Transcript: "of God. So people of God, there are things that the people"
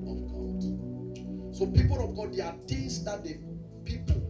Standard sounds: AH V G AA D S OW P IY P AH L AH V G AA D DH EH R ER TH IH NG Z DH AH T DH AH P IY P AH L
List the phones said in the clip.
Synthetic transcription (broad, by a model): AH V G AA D S OW P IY P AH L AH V G AA D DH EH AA T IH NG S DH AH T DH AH P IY P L